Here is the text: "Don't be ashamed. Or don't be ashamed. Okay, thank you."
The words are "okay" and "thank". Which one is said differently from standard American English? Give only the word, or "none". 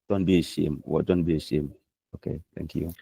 thank